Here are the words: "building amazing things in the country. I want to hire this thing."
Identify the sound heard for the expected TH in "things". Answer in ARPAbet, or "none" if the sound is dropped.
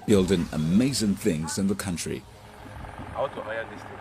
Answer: TH